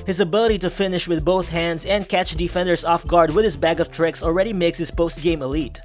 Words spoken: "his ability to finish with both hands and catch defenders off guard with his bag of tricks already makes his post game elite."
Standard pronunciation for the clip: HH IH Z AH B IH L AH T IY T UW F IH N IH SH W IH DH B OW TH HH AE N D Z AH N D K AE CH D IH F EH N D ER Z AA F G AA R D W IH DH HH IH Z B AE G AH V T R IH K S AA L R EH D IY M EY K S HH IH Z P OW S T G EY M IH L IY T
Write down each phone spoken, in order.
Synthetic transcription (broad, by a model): HH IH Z AH B IH L AH T IY T UW F IH N IH SH W IH DH B OW TH HH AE N D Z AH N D K AE CH D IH F EH N D ER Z AA F G AA R D W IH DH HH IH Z B AE G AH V T R IH K S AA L R EH D IY M EY K S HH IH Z P OW S T G EY M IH L IY T